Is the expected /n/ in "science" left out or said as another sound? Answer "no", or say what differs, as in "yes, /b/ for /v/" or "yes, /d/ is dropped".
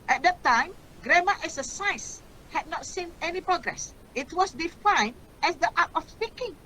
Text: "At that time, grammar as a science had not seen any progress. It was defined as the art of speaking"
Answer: yes, /n/ is dropped